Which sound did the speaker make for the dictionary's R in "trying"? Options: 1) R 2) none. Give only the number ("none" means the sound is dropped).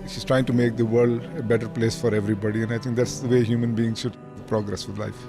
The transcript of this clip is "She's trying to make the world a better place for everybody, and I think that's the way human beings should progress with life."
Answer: 1